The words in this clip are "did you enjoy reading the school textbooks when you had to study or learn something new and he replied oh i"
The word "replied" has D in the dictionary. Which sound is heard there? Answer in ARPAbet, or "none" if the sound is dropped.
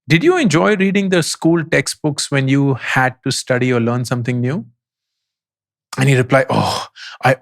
none